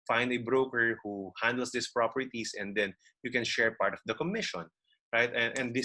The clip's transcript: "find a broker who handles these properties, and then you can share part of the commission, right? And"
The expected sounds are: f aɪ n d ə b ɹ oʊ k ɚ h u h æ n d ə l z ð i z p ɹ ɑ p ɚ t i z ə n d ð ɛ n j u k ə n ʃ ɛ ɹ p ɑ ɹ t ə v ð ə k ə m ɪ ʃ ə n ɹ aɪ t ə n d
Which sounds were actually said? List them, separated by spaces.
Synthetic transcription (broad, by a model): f aɪ n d ə b ɹ oʊ k ɚ h u h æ n d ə l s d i s p ɹ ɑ p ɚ t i s ə n d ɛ n j u k ə n ʃ ɛ ɹ p ɑ ɹ t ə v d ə k ə m ɪ ʃ ə n ɹ aɪ t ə n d